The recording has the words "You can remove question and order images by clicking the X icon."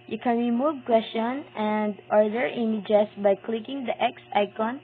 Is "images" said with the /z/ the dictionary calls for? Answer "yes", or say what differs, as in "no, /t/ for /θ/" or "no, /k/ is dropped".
no, /s/ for /z/